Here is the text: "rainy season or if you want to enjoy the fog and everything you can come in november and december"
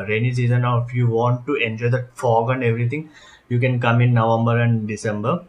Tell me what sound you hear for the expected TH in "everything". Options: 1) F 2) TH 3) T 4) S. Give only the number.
3